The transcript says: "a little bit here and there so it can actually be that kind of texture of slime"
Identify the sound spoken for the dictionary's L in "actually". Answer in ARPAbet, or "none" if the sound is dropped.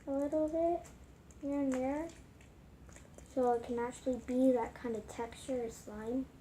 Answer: L